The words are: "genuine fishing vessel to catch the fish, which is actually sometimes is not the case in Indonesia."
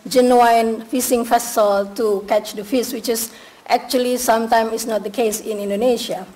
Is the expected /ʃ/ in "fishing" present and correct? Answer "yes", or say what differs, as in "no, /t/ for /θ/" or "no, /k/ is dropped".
no, /s/ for /ʃ/